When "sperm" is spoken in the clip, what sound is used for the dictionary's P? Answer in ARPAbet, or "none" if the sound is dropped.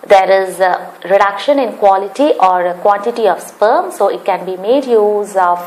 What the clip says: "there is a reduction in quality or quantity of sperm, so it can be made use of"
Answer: P